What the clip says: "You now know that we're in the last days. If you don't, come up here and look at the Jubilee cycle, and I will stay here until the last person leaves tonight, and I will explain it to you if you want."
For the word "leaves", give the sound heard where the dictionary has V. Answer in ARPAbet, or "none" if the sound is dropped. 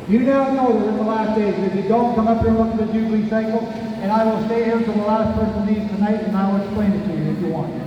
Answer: none